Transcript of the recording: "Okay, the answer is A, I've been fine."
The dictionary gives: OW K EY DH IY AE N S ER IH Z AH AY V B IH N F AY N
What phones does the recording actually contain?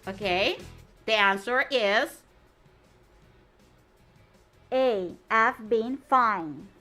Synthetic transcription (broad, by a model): OW K EY DH IY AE N S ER IH Z AH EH F B IH N F AY N